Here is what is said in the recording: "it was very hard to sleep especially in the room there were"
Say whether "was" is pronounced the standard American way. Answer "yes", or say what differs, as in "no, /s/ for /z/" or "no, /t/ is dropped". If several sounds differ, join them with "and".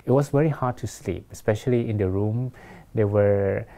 no, /s/ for /z/